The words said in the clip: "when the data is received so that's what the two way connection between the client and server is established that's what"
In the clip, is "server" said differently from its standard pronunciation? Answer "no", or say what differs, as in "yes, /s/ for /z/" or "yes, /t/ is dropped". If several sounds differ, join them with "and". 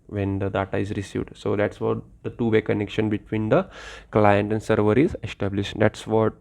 no